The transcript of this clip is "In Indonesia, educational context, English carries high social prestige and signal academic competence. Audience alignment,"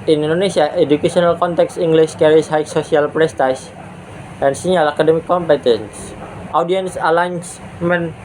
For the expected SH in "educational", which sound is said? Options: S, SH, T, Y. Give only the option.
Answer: S